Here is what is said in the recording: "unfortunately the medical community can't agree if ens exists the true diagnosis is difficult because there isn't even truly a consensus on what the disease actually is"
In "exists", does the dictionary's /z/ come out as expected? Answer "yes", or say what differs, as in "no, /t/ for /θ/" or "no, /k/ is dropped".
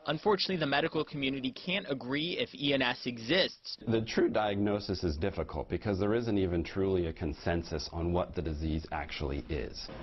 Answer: yes